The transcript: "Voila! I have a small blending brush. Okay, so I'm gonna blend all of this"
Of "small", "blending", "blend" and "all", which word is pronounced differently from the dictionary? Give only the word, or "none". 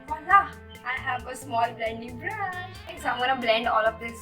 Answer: none